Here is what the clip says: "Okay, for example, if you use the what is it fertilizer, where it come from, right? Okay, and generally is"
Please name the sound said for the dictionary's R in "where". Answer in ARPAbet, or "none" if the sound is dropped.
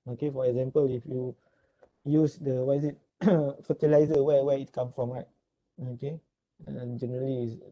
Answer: W